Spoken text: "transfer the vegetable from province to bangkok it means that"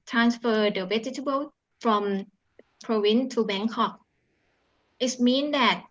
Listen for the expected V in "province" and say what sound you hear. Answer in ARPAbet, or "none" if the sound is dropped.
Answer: W